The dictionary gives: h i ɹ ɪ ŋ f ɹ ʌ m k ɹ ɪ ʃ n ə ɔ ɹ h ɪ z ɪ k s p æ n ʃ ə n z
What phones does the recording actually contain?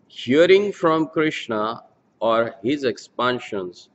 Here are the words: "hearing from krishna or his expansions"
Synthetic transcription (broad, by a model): h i ɹ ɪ ŋ f ɹ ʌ m k ɹ ɪ ʃ n ə ɔ ɹ h ɪ z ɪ k s p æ n ʃ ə n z